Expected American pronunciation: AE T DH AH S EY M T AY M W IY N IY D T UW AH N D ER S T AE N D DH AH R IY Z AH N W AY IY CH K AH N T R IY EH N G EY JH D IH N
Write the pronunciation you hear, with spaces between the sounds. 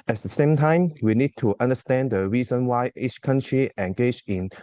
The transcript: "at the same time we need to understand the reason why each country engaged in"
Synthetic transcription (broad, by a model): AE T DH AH S EY M T AY M W IY N IY D T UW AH N D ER S T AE N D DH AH R IY Z AH N W AY IY CH K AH N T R IY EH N G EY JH IH N